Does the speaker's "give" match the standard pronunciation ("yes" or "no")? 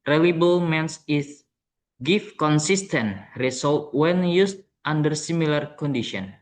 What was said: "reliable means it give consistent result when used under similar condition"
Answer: no